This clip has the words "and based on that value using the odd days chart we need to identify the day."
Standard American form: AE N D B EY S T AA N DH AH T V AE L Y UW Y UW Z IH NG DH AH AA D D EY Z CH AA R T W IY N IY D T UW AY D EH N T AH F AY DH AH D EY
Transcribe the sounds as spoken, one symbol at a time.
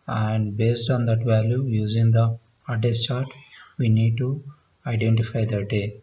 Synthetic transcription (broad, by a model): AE N D B EY S T AA N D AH T V AE L Y UW Y UW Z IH NG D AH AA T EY S CH AA R T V IY N IY D T UW AY D EH N T AH F AY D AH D EY